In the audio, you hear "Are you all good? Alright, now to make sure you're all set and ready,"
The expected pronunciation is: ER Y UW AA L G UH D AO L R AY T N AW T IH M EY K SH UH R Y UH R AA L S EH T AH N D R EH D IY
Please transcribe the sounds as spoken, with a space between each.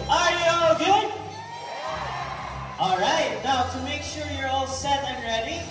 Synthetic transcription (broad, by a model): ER Y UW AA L G UH D AO L R AY T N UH T IH M EY K SH UH R Y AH R AA L S EH T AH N R EH D IY